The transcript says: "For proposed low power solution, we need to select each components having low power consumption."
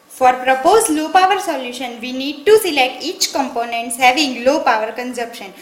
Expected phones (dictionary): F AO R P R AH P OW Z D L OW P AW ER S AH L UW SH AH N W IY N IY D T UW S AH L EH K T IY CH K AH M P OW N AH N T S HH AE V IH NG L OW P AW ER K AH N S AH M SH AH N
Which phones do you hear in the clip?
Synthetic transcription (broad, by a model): F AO R P R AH P OW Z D L OW P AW ER S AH L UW SH AH N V IY N IY D T UW S AH L EH K T IY CH K AH M P OW N AH N T S HH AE V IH NG L OW P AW ER K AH N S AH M SH AH N